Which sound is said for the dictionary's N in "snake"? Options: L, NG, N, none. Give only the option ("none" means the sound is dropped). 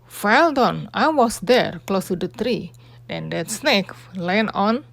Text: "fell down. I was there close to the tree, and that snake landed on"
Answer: N